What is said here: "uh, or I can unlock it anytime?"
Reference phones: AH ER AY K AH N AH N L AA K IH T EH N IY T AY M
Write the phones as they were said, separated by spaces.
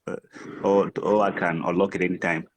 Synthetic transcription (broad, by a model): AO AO AY K AH N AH L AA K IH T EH N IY T AY M